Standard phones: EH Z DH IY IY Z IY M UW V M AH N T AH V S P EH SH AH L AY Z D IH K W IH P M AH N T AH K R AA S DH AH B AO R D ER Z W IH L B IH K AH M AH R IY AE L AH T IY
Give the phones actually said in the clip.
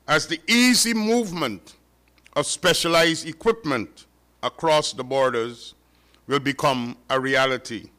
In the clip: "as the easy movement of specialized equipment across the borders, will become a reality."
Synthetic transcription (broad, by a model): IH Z DH IY IY Z IY M UW V M AH N T AH V S P EH SH AH L AY Z D IH K W IH P M AH N T AH K R AA S DH AH B AO R D ER Z W IH L B IH K AH M AH R IY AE L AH T IY